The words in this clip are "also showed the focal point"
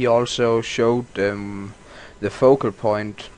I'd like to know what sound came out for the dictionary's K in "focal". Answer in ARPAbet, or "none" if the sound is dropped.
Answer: K